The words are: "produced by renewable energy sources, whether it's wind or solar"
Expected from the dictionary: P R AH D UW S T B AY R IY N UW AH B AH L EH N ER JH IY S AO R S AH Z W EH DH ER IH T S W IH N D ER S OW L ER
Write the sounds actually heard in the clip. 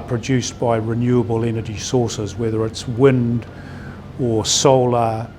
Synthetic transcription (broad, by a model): P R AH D UW S B AY R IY N UW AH B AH L EH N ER JH IY S AO R S AH Z W EH DH ER IH T S W IH N D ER S OW L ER